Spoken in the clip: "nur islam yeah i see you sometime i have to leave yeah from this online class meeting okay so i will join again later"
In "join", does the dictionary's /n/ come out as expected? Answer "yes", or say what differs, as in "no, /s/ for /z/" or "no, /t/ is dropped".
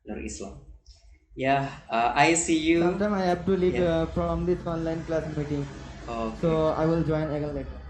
yes